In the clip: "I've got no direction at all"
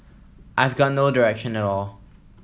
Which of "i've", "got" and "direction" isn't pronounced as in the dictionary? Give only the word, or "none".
none